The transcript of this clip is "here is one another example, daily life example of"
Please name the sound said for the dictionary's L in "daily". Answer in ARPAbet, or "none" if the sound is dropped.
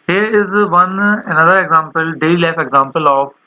none